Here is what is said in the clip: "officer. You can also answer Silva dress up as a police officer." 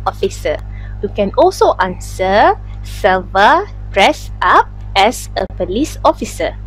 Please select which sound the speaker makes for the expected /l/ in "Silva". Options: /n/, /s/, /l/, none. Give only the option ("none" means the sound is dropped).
none